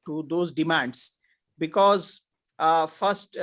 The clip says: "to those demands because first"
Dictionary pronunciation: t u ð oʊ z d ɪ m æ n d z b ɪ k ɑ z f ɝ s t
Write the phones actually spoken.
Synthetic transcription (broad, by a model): t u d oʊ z d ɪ m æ n d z b ɪ k ɑ z f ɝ s t